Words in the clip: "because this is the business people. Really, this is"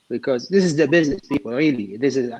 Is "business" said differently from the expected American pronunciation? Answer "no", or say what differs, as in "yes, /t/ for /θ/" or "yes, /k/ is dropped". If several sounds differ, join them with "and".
no